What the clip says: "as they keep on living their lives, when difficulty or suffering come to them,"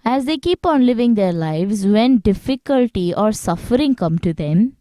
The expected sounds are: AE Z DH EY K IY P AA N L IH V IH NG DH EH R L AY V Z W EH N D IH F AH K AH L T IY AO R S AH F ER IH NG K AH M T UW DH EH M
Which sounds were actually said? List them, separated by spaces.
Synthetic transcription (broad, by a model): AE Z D EY K IY P AA N L IH V IH NG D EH R L AY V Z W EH N D IH F AH K AH L T IY AO R S AH F ER IH NG K AH M T UW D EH M